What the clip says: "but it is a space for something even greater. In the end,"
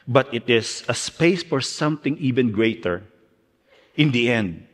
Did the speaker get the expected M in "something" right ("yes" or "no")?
yes